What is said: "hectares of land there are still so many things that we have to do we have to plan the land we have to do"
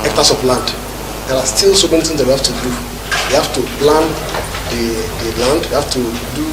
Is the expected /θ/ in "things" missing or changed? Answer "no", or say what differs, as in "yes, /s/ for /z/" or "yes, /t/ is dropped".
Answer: yes, /t/ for /θ/